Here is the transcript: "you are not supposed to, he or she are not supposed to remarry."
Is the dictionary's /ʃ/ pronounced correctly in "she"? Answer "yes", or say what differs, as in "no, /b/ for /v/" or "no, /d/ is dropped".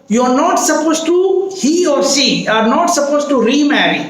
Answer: no, /s/ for /ʃ/